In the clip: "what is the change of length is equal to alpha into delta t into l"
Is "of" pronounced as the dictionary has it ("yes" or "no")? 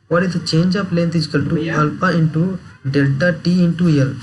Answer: no